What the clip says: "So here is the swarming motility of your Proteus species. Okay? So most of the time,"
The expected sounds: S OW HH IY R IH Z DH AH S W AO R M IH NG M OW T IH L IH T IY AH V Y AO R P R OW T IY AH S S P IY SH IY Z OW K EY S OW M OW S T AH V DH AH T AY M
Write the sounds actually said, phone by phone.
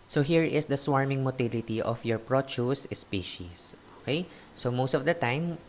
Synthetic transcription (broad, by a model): S OW HH IY R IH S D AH S W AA R M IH NG M OW T IH L IH T IY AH F Y AO R P R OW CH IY S S P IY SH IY S OW K EY S OW M OW S T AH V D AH T AY M